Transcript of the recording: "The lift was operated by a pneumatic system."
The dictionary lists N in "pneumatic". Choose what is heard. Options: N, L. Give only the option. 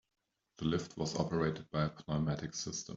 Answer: L